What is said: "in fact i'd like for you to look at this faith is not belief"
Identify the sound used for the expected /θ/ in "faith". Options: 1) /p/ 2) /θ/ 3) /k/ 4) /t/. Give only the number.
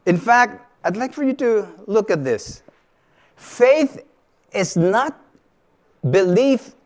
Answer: 2